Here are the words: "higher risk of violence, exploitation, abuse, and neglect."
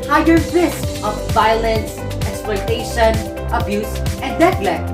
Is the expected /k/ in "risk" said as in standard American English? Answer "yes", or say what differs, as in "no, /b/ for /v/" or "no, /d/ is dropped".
no, /k/ is dropped